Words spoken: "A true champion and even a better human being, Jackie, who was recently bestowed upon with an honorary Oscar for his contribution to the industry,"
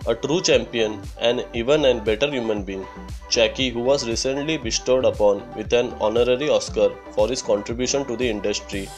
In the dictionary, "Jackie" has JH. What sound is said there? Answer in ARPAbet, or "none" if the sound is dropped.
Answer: CH